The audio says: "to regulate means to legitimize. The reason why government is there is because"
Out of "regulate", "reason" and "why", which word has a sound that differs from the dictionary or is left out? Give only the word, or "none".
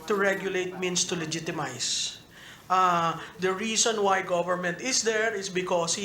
reason